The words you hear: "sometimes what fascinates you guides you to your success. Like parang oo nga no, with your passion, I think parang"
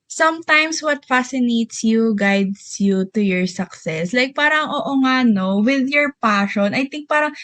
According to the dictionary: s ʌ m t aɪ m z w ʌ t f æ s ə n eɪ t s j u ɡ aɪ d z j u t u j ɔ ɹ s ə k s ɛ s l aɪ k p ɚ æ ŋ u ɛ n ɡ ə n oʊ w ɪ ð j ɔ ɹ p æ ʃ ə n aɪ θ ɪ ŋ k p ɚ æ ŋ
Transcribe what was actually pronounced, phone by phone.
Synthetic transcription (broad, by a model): s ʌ m t aɪ m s w ʌ t f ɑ s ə n eɪ t s j u ɡ aɪ d s j u t u j ɔ ɹ s ə k s ɛ s l aɪ k p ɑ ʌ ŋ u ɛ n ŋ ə n oʊ w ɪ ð j ɔ ɹ p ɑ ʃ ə n aɪ t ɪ ŋ k p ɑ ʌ ŋ